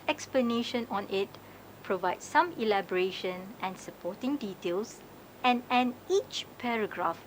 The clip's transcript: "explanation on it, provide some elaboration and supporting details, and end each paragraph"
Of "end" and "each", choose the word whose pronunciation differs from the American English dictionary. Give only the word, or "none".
end